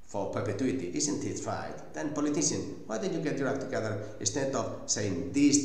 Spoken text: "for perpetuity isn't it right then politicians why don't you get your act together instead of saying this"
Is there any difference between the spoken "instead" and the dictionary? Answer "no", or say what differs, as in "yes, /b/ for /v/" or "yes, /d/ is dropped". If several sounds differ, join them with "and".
yes, /n/ is dropped